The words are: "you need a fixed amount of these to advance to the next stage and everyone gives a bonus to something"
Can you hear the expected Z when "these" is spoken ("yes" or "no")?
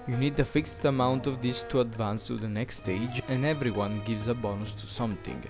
no